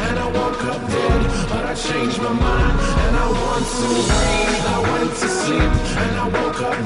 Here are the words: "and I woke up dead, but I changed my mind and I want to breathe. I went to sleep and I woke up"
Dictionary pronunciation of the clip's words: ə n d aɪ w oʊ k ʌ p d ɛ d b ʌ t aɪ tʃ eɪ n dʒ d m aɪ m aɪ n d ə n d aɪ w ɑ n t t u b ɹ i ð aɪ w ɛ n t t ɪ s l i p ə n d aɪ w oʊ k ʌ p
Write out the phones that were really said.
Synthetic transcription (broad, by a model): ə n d aɪ w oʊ k ʌ p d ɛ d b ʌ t aɪ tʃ eɪ n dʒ m aɪ m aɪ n ə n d aɪ w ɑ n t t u aɪ w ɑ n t t ɪ s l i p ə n aɪ w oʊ k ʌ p